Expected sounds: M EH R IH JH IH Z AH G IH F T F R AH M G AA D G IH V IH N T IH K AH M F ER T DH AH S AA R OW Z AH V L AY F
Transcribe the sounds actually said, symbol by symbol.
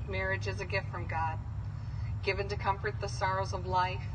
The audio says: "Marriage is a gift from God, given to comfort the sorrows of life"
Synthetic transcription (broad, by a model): M EH R IH JH IH Z AH G IH F T F R AH M G AA D G IH V IH N T IH K AH M F ER T DH AH S AA R OW Z AH V L AY F